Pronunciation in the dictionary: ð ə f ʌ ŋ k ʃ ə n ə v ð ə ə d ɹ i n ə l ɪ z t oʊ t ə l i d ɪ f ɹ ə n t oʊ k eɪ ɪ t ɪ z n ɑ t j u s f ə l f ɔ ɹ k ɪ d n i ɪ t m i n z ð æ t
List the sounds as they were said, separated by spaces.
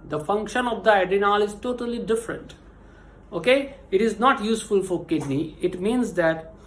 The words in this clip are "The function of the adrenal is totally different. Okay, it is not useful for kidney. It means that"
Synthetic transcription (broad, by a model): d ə f ʌ ŋ k ʃ ə n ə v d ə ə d i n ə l ɪ z t oʊ t ə l i d ɪ f ɹ ə n t oʊ k eɪ ɪ t ɪ z n ɑ t j u s f ə l f ɔ ɹ k ɪ d n i ɪ t m i n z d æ t